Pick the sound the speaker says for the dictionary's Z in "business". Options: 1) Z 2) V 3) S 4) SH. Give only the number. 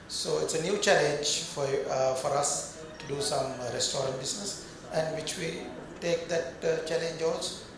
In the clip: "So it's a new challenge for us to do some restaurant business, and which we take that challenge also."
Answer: 3